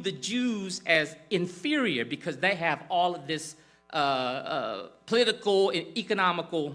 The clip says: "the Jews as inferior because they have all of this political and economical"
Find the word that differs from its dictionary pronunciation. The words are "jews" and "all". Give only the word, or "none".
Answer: none